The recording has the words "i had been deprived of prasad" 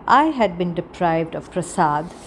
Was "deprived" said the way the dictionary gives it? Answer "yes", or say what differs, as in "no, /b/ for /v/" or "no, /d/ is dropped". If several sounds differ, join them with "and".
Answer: yes